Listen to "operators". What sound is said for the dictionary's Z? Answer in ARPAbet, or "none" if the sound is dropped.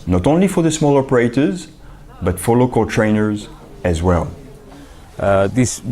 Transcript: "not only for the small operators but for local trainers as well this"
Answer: Z